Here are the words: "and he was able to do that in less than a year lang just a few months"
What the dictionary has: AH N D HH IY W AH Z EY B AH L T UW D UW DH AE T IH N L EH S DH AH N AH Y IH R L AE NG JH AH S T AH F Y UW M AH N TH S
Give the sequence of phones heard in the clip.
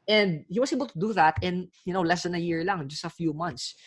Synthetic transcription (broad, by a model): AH N D HH IY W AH S EY B AH L T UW D UW DH AE T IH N L EH S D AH N AH Y IH R L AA NG JH AH S T AH F Y UW M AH N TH S